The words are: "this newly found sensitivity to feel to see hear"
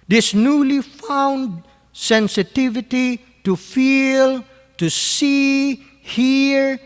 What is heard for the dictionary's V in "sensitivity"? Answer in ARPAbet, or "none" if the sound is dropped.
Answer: V